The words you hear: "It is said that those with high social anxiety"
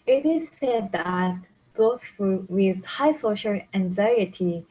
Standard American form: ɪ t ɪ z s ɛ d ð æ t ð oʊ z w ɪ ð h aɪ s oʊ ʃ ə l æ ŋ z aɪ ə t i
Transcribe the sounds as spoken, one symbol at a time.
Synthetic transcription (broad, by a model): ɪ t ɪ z s ɛ d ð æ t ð oʊ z w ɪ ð h aɪ s oʊ ʃ ə l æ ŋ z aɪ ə t i